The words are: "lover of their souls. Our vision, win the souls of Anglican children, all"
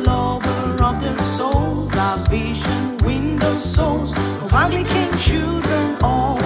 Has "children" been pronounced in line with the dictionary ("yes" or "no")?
yes